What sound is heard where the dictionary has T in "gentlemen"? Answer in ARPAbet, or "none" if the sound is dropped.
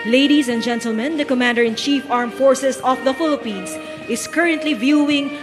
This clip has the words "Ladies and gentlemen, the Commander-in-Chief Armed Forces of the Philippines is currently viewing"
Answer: T